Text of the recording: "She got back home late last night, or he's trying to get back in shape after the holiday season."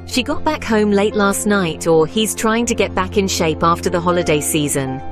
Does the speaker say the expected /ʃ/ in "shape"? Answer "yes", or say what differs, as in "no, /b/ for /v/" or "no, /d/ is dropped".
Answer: yes